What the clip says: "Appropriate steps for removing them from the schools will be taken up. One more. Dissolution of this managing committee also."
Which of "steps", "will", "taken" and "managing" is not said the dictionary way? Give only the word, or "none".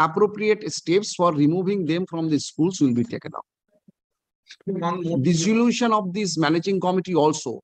none